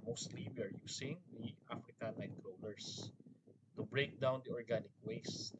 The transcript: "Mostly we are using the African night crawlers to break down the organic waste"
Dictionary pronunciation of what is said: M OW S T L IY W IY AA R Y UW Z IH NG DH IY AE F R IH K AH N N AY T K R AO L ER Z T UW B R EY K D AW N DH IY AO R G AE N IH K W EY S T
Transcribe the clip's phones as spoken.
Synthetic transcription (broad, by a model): M OW S T L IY W IY AA R Y UW S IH NG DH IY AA F R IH K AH N L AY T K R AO N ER S T UW B R EY K D AW N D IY AO R G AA N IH K W EY S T